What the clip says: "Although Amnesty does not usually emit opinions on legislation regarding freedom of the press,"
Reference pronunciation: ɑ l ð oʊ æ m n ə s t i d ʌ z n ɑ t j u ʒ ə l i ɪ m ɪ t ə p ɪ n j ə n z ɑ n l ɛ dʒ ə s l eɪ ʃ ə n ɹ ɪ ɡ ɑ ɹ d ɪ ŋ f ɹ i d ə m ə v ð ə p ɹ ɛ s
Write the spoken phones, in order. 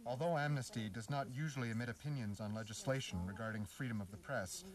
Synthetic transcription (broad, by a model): ɑ l ð oʊ æ m n ə s t i d ʌ z n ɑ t j u ʒ l i ɪ m ɪ t ə p ɪ n j ə n z n l ɛ dʒ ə s l eɪ ʃ n ɹ ɪ ɡ ɑ ɹ d ɪ ŋ f ɹ i d ə m ə v ð ə p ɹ ɛ s